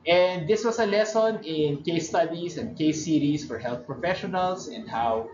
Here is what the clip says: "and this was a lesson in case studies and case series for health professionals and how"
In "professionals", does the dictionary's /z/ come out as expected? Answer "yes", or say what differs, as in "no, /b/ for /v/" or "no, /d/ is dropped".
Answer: no, /s/ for /z/